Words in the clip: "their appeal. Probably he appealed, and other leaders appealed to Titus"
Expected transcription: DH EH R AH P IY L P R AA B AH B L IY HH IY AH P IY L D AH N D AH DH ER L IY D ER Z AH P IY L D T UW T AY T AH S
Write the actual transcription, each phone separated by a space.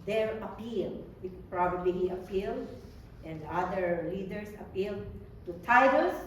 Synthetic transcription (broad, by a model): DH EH R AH P IY L P R AA B AH B L IY HH IY AH P IY L D AH N D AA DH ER L IY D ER S AH P IY L D T UW T AY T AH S